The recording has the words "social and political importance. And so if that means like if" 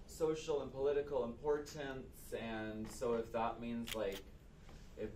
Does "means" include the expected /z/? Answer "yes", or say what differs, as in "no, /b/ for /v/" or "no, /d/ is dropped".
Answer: yes